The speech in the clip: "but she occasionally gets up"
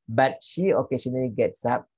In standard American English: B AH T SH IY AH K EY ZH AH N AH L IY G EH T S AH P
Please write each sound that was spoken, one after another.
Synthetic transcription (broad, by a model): B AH T SH IY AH K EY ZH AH N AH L IY G EH T S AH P